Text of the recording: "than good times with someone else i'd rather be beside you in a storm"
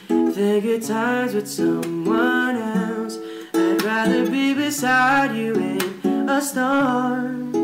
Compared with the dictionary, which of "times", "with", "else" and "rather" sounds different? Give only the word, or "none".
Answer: none